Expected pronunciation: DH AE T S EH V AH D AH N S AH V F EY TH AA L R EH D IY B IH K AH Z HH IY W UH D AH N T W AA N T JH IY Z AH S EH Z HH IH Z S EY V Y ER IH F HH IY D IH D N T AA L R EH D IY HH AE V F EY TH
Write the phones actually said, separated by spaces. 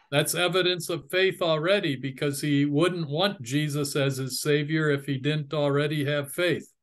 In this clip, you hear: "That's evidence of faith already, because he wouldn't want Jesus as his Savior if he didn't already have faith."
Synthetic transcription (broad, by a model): DH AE T S EH V AH D AH N S AH V F EY TH L R EH D IY B IH K AH Z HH IY W UH D N T W AA N JH IY Z AH S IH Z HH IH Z S EY V Y ER IH F HH IY D IH D N T L R EH D IY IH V F EY TH